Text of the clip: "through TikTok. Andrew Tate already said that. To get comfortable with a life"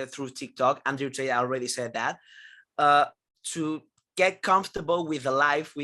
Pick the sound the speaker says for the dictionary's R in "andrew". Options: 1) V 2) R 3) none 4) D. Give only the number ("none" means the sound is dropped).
3